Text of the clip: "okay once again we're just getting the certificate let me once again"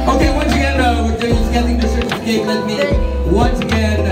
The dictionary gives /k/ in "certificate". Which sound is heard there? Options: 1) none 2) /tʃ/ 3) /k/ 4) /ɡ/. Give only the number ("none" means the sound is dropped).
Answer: 1